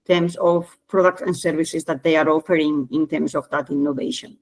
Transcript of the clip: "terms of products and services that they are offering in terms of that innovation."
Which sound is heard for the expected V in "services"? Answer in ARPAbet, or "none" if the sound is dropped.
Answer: B